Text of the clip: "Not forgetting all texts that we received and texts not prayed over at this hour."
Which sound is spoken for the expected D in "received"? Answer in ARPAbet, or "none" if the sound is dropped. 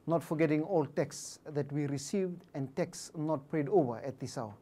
D